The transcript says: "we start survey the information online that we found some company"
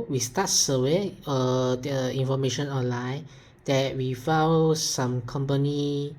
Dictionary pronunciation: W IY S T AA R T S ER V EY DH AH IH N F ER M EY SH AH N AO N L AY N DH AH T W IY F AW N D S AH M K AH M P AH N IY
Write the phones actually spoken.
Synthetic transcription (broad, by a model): W IY S T AA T S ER W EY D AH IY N F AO M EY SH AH N AO N L AY N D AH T W IY F AW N S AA M K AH M P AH N IY